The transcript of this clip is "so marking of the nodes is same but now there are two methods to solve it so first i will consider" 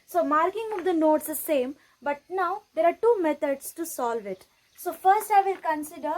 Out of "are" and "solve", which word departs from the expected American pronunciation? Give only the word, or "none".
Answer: none